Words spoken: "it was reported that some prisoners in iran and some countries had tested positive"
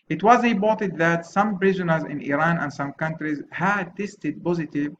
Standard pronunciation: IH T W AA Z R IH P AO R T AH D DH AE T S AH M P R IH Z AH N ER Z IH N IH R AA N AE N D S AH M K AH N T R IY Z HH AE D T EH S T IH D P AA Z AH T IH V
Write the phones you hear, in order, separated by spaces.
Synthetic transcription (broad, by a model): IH T W AA Z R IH B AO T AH D DH AE T S AH M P R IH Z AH N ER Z IH N IH R AA N AE N D S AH M K AH N T R IY Z HH AE D T EH S T IH D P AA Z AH T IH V